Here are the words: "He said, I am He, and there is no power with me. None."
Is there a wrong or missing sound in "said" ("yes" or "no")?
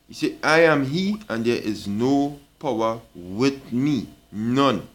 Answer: yes